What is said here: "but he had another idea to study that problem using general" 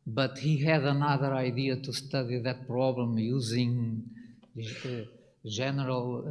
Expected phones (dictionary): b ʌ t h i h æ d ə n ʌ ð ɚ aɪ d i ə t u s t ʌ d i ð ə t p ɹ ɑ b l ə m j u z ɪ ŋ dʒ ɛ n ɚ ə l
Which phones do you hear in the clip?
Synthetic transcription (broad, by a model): b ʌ t h i h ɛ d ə n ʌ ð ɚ aɪ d i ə t u s t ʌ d i ð ə t p ɹ ɑ b l ə m j u z ɪ ŋ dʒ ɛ n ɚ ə l